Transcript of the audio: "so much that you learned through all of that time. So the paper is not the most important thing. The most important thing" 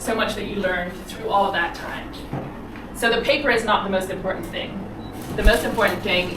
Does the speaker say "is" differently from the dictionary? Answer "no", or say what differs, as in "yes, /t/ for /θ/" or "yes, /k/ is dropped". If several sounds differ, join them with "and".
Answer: no